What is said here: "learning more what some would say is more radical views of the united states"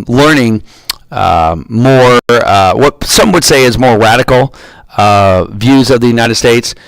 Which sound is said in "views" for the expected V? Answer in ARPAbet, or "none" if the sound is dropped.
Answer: V